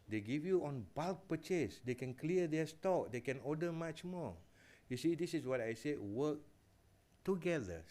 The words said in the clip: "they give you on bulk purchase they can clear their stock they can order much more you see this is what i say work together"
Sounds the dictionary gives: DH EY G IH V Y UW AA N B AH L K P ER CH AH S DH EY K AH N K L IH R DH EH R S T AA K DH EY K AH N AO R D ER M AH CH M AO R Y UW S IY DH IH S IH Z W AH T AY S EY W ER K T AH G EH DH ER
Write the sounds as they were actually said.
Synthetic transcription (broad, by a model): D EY G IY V Y UW AA N B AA L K P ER CH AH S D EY K AH N K L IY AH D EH S T AA K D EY K AH N AO D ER M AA CH M AO Y UW S IY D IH S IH S W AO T AY S EY W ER K T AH G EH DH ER